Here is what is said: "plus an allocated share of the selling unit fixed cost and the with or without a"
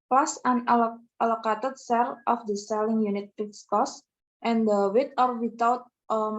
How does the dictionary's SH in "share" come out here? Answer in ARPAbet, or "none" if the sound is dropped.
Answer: S